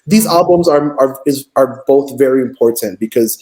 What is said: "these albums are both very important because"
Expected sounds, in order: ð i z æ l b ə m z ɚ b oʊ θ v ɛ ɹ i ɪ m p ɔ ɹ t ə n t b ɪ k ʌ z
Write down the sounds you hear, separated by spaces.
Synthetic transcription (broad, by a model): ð i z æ l b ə m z ɚ b oʊ θ v ɛ ɹ i ɪ m p ɔ ɹ t ə n t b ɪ k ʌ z